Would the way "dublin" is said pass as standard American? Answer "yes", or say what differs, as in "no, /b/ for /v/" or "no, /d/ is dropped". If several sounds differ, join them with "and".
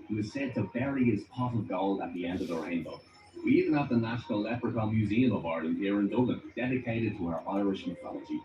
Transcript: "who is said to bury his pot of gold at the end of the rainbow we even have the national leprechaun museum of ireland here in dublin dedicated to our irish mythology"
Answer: no, /b/ is dropped